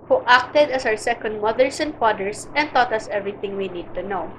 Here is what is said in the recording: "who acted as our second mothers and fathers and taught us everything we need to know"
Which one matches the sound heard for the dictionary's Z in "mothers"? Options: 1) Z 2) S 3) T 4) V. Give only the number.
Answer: 2